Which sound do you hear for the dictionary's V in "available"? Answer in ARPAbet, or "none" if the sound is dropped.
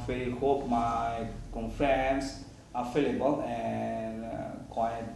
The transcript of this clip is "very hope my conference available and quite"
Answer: F